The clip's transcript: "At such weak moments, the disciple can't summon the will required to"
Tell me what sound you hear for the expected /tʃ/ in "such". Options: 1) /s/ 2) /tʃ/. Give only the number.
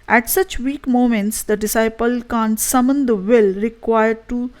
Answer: 2